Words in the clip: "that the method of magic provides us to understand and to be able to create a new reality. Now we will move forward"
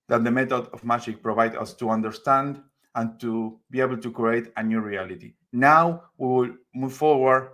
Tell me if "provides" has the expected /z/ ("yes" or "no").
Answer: no